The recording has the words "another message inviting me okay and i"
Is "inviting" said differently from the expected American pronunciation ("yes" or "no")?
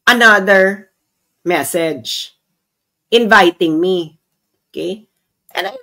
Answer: no